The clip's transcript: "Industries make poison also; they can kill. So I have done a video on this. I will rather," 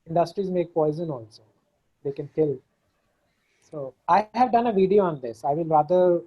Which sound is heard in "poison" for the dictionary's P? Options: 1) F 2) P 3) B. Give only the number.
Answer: 2